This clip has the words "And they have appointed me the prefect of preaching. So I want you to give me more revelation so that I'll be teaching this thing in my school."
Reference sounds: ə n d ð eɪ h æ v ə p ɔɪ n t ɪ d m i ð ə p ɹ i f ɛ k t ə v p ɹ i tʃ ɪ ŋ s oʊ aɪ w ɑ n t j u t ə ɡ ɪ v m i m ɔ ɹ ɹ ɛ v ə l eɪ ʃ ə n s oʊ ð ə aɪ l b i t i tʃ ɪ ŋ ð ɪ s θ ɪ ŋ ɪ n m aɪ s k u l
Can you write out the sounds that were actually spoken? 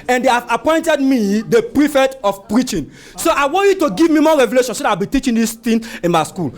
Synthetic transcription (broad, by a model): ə n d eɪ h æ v ə p ɔɪ n t ɪ d m i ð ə p ɹ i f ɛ t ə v p ɹ i tʃ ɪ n s oʊ aɪ w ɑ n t j u t ə ɡ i v m i m ɔ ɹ ɹ ɛ v ə l eɪ ʃ ə n s oʊ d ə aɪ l b i t i tʃ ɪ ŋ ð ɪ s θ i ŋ ɪ n m aɪ s k u l